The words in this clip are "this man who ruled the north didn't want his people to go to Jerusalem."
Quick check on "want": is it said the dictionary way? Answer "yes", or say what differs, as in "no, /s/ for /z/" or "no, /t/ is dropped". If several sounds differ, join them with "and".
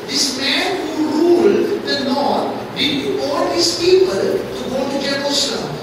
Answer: no, /n/ is dropped